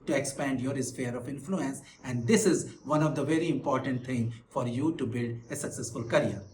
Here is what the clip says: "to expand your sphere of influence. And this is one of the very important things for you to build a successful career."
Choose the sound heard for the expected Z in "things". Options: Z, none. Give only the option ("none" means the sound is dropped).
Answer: none